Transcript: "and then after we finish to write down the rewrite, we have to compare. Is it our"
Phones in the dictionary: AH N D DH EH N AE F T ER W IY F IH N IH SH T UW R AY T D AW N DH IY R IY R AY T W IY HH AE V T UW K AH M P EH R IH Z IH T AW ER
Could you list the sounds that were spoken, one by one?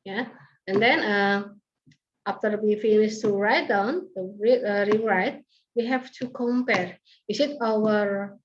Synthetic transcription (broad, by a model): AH N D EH N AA F T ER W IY F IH N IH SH T UW R AY T D AW N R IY R IY R AY T W IY HH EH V T UW K AH M P EH R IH S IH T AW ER